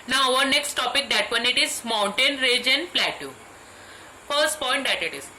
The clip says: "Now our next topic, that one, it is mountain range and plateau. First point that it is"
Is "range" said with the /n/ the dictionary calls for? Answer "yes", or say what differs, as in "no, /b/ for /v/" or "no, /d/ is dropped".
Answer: no, /n/ is dropped